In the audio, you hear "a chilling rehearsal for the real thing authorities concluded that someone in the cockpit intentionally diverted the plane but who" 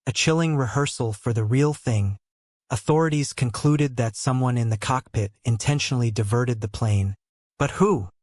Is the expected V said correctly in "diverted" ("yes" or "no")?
yes